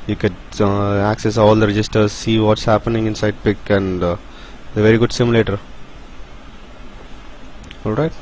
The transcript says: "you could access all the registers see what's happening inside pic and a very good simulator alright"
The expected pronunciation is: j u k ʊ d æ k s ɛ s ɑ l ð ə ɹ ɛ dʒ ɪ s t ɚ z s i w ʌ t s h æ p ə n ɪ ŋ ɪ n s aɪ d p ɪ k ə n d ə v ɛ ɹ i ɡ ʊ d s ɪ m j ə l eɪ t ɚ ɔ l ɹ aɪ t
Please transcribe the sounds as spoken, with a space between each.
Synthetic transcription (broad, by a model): j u k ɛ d æ k s ɛ s ɑ l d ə ɹ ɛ dʒ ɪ s t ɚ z s i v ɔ t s h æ p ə n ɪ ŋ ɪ n s aɪ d p ɪ k ə n d ə v ɛ ɹ i ɡ ʊ d s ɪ m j l eɪ t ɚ ɔ l ɹ aɪ t